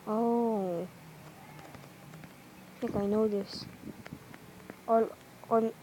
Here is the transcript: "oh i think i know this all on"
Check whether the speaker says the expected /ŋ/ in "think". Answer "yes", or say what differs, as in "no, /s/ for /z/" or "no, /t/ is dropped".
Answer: no, /ŋ/ is dropped